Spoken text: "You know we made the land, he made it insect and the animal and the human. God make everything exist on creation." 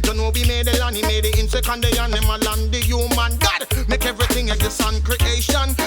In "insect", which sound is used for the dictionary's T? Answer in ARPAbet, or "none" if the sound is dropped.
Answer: none